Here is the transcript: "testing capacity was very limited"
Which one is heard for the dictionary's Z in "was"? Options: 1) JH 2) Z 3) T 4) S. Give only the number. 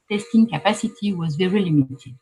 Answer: 2